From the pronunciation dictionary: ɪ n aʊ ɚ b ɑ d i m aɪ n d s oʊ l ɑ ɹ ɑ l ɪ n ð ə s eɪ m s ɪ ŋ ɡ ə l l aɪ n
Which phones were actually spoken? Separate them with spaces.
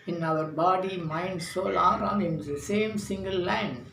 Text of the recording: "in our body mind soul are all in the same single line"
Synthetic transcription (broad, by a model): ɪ n aʊ ɚ b ɑ d i m aɪ n d s oʊ l ɑ ɹ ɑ n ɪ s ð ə s eɪ m s ɪ ŋ ɡ ə l l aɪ n